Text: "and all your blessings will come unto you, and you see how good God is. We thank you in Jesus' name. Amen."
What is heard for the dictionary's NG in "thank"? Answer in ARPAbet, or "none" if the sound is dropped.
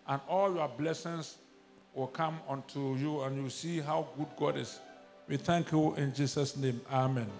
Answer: NG